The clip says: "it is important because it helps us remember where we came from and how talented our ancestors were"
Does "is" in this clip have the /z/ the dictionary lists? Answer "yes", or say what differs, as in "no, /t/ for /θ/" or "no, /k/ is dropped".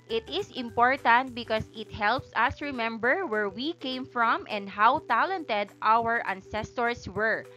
no, /s/ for /z/